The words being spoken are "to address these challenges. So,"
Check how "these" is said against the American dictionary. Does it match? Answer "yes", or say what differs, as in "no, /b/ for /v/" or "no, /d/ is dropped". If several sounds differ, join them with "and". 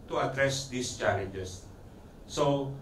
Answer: no, /s/ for /z/